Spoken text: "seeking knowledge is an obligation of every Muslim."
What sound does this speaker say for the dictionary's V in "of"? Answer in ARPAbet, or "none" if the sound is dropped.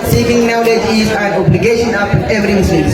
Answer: P